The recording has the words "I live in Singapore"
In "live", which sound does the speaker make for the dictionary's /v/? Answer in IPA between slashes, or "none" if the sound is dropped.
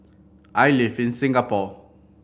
/f/